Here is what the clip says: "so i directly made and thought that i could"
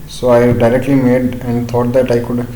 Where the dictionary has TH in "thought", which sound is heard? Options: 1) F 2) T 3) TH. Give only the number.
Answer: 2